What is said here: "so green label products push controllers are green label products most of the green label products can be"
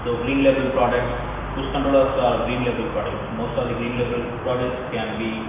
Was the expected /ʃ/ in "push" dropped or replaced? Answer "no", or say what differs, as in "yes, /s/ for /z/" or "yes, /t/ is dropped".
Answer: yes, /s/ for /ʃ/